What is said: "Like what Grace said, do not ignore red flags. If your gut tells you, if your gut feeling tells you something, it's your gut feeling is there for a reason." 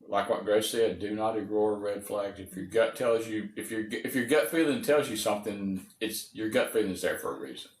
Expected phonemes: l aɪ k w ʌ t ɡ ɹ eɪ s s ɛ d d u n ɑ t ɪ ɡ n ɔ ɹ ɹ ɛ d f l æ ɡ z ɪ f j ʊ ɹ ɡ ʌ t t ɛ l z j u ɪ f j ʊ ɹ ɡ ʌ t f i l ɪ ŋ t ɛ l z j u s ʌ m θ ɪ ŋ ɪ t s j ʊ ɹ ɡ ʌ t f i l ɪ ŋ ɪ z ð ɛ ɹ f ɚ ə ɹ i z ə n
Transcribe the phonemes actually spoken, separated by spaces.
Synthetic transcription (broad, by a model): l aɪ k w ʌ t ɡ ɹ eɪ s s ɛ d d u n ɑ t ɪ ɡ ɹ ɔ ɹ ɹ ɛ d f l æ ɡ z ɪ f j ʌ ɹ ɡ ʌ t t ɛ l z j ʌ ɪ f j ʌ ɹ ɡ ʌ t f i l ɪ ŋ t ɛ l z j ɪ s ʌ m θ ɪ ŋ ɪ t s j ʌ ɹ ɡ ʌ t f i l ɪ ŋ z ð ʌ ɹ f ɚ ə ɹ i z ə n